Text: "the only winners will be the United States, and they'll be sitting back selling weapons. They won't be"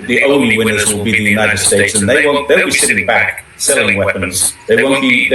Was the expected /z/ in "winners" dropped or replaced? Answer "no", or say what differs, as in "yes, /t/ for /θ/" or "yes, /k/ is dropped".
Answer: no